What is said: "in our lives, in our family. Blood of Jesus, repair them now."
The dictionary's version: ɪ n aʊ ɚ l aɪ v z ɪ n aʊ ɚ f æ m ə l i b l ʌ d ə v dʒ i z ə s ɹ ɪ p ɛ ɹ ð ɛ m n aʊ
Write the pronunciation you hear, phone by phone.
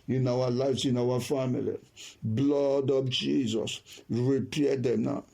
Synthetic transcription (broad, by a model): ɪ n aʊ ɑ l aɪ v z ɪ n aʊ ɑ f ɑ m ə l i b l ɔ d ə p dʒ i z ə s ɹ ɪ p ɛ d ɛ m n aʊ